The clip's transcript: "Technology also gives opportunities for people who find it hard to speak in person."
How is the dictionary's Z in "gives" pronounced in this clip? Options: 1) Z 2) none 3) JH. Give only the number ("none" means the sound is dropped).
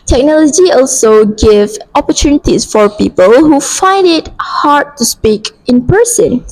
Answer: 2